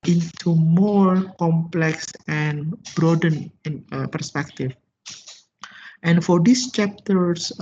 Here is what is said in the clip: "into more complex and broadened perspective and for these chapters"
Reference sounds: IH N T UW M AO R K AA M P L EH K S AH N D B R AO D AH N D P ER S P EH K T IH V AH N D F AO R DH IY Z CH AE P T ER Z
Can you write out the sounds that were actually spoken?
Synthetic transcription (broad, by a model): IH N T UW M AO R K AA M P L EH K S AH N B R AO D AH N P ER S P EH K T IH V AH N F AO R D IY S CH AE P T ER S